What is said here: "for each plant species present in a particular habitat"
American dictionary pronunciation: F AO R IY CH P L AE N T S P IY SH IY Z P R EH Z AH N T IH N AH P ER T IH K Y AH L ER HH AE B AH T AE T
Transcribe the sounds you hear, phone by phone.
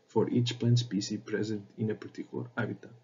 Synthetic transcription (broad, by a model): F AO R IY CH P L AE N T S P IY S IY P R EH Z AH N T IH N AH P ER T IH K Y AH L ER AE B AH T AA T